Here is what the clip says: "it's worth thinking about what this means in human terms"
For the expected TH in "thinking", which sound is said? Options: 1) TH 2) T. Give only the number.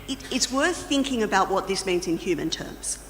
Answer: 1